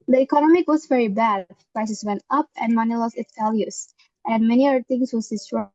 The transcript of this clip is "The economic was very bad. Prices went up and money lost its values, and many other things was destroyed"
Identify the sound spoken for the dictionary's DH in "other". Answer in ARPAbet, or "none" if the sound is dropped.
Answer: none